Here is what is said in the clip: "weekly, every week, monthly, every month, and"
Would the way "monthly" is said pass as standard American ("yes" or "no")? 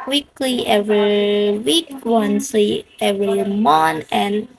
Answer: no